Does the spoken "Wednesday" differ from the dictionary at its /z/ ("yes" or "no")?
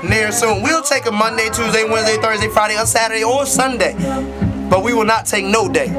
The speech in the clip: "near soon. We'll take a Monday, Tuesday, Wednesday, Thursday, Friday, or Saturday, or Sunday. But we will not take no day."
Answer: no